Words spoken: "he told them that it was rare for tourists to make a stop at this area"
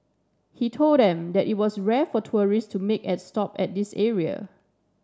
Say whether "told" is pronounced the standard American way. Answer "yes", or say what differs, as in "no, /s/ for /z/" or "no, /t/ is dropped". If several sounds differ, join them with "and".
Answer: yes